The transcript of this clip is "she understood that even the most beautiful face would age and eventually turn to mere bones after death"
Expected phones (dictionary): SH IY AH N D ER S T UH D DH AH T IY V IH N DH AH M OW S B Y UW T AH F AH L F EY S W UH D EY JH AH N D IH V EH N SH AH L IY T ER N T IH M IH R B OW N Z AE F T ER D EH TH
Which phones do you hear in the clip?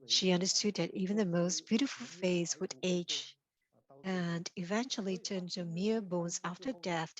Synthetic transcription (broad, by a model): SH IY AH N D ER S T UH D DH AH T IY V IH N DH AH M OW S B Y UW T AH F L F EY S W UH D EY CH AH N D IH V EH N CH L IY T ER N T IH M IH R B OW N Z AE F T ER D EH TH